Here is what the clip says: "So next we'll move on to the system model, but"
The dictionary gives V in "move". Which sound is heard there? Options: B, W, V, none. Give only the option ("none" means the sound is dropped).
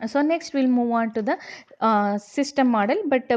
V